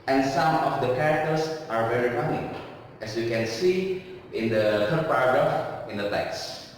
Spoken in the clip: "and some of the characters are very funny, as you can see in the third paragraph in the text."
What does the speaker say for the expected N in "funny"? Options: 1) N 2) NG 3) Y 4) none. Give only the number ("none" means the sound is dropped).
4